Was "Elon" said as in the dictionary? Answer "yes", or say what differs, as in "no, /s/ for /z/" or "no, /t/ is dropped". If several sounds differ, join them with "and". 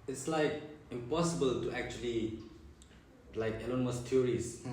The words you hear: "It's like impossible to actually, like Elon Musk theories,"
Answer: yes